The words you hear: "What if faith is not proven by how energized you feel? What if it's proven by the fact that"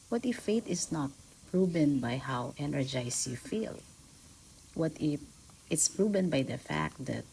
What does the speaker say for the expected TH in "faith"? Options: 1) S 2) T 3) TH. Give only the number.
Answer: 2